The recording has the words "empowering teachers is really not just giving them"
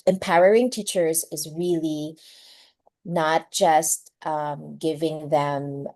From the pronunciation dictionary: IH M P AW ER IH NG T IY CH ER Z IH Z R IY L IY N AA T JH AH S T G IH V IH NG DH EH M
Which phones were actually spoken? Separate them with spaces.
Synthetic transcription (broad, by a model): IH M P AW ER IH NG T IY CH ER Z IH Z R IY L IY N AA T JH AH S T G IH V IH NG DH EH M